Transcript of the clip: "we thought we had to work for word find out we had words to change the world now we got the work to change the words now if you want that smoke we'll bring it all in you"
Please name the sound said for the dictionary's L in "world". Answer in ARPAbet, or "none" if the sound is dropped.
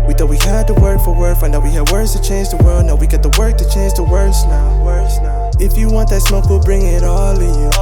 L